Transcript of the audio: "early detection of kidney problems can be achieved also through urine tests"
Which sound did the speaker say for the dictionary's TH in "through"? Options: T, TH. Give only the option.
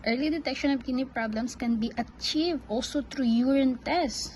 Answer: T